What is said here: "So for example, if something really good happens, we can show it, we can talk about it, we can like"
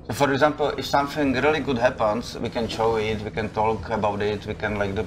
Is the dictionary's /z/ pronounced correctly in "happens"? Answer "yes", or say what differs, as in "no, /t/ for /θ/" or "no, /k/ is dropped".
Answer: no, /s/ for /z/